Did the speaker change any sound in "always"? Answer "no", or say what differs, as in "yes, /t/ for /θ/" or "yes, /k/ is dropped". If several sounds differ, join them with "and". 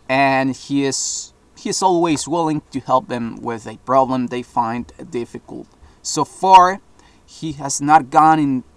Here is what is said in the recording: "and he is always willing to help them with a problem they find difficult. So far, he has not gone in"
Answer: no